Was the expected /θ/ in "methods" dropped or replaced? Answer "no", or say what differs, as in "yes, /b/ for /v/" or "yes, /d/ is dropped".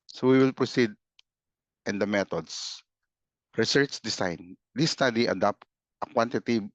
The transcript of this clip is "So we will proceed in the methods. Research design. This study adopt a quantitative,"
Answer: yes, /t/ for /θ/